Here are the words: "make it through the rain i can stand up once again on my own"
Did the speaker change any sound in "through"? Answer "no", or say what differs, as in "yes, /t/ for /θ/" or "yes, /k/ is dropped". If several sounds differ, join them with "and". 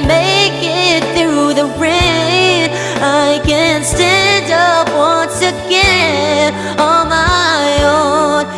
no